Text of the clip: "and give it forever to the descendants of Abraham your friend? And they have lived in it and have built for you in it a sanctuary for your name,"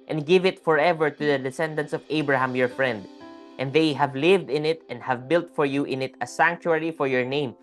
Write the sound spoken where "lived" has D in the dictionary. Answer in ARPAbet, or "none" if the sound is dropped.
D